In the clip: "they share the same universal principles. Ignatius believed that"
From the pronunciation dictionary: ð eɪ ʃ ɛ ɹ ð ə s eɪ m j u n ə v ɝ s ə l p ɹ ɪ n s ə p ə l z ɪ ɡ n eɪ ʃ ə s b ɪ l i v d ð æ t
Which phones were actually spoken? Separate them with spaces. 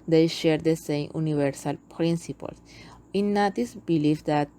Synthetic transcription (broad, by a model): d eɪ ʃ ɛ ɹ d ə s eɪ m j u n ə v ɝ s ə l p ɹ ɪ n s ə p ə l s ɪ n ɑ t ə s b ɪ l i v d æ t